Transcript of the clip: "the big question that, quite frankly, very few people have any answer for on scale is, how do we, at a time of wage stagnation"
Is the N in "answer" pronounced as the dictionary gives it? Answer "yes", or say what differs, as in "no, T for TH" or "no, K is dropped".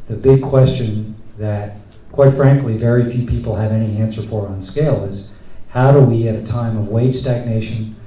yes